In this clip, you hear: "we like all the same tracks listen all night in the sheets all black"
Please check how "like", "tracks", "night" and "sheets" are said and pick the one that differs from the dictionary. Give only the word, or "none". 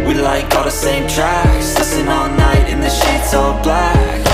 tracks